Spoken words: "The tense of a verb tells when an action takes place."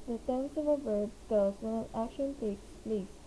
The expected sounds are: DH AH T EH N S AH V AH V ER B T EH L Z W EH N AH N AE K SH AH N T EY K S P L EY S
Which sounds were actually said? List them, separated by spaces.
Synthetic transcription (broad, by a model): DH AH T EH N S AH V AH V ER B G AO Z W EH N AH N AE K SH AH N T EY K S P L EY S